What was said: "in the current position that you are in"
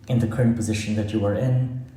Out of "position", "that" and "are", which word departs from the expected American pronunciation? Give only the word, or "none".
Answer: none